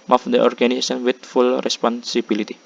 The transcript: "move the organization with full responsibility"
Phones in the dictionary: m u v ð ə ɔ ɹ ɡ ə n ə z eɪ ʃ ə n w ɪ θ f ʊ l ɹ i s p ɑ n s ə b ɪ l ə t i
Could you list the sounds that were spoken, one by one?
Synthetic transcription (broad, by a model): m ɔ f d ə ɔ ɹ ɡ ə n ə s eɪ s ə n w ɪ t f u l ɹ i s p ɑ n s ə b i l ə t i